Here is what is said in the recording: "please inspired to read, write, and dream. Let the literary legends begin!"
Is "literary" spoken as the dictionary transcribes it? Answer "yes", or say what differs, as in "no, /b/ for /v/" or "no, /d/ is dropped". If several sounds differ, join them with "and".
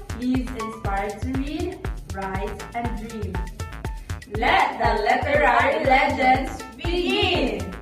no, /ɹ/ is dropped